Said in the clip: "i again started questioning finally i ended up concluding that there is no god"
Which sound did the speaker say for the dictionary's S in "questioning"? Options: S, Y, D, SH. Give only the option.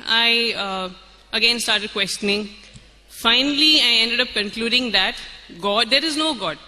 S